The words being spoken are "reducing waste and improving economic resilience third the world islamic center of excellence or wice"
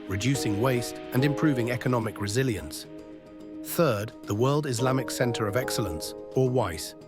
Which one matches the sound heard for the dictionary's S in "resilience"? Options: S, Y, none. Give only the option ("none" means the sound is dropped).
S